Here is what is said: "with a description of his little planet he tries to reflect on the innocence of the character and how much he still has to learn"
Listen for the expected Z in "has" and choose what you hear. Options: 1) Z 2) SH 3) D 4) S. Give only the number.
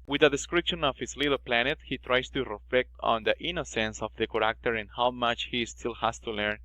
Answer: 4